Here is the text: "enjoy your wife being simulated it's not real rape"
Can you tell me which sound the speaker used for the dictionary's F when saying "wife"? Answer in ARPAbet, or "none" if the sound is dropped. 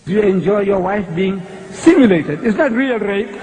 F